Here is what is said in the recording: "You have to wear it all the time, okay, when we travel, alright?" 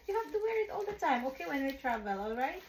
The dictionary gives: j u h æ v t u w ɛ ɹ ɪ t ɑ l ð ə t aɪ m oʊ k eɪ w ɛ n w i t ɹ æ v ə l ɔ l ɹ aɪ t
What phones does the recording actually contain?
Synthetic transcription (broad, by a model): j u h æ f t u w ɛ ɹ ɪ t ɑ l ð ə t aɪ m oʊ k eɪ w ɛ n w i t ɹ æ v ə l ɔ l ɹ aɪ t